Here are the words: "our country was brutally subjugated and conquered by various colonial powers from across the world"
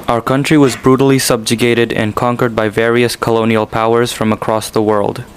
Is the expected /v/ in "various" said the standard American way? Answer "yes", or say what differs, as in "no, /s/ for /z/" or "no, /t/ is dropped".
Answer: yes